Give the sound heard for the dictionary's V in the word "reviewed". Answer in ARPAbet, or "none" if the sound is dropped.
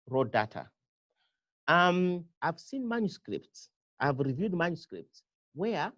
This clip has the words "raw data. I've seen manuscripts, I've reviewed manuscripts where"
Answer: V